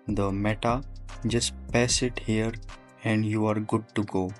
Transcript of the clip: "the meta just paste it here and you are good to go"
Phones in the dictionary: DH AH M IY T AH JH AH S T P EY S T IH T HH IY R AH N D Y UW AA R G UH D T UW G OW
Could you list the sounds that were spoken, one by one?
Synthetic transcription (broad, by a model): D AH M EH T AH JH AH S T P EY S IH T HH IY R AH N D Y UW AA R G UH D T UW G OW